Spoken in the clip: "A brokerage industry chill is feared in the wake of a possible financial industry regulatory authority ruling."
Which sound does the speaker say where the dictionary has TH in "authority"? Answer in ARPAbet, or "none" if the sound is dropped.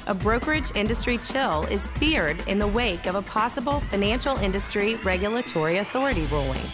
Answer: TH